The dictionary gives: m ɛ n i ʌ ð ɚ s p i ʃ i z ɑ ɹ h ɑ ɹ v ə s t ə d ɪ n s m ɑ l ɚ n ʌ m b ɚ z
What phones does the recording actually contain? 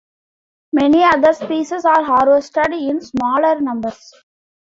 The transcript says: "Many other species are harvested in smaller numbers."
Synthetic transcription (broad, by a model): m ɛ n i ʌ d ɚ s p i s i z ɑ ɹ h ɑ ɹ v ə s t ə d ɪ n s m ɑ l ɚ n ʌ m b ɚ s